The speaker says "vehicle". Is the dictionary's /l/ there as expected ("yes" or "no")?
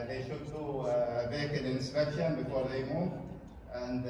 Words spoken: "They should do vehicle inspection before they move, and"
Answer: no